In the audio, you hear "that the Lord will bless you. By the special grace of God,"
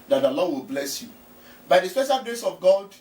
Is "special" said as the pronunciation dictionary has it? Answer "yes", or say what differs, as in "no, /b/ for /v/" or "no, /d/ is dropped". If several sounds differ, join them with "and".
yes